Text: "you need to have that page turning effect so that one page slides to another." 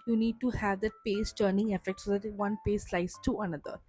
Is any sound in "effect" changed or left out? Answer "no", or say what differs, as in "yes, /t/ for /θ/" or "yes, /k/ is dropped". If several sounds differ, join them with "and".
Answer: no